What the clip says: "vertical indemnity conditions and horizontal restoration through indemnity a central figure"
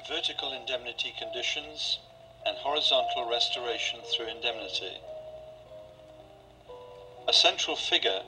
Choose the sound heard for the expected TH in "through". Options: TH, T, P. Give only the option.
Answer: TH